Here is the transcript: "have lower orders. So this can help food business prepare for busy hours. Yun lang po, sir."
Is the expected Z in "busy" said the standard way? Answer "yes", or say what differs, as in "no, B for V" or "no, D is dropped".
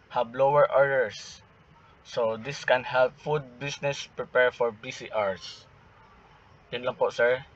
no, S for Z